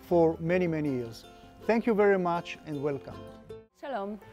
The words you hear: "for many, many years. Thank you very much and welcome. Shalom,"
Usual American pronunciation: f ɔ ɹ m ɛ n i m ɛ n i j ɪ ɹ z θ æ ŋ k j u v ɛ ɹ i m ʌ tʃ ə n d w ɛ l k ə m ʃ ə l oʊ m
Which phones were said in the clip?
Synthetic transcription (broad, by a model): f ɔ ɹ m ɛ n i m ɛ n i j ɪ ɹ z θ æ ŋ k j u v ɛ ɹ i m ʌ tʃ ə n d w ɛ l k ə m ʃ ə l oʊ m